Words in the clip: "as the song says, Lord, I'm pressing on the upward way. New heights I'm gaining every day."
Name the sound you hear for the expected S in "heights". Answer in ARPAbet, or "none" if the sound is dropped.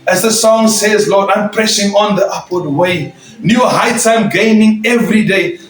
none